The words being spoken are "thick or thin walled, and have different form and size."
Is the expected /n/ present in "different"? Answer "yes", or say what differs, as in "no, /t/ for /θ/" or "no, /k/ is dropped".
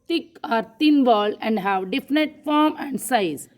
no, /n/ is dropped